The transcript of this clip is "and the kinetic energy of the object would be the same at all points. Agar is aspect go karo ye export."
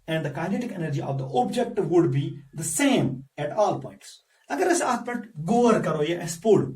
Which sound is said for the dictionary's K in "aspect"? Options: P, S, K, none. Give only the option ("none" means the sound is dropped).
none